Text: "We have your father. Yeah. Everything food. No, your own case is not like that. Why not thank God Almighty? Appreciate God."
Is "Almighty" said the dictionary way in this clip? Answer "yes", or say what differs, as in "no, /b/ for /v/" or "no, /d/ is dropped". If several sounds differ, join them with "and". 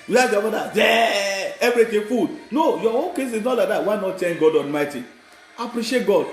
no, /n/ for /l/